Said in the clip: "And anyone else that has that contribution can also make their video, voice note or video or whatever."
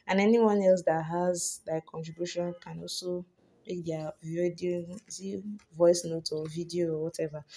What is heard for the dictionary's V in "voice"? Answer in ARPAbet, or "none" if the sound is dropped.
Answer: V